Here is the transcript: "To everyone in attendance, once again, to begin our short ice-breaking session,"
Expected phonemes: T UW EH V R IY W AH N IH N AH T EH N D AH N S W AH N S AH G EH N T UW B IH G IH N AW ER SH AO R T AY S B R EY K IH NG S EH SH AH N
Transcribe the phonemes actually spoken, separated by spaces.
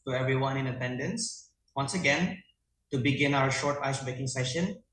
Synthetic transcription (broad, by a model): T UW EH V R IY W AH N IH N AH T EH N D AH N S W AH N S AH G EH N T UW B IH G IH N AW ER SH AO R T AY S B EY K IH NG S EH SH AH N